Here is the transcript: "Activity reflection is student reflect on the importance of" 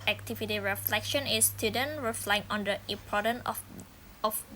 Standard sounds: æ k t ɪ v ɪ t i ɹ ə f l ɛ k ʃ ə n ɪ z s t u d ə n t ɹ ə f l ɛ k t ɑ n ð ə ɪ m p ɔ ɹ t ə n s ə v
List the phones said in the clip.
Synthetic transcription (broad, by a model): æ k t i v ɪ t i ɹ ə f l ɛ k ʃ ə n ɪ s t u d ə n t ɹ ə f l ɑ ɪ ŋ ɑ n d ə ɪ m p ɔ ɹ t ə n ə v